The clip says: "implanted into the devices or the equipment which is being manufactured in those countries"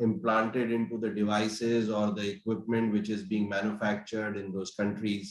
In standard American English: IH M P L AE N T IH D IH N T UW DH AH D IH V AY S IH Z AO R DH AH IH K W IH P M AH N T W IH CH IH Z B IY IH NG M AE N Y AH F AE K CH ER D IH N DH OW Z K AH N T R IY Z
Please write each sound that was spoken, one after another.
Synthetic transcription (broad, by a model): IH M P L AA N T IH D IH N T UW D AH D IH V AY S IH Z AO R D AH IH K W IH P M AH N T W IH CH IH Z B IY IH NG M AE N Y AH F AE K CH ER D IH N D OW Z K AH N T R IY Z